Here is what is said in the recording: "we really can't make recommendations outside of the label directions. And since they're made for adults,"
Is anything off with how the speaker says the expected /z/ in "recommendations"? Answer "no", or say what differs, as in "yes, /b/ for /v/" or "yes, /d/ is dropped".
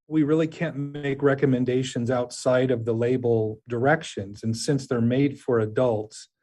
no